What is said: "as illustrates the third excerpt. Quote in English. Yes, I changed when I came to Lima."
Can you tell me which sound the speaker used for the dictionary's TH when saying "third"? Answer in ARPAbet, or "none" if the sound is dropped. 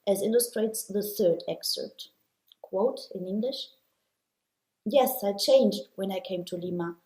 TH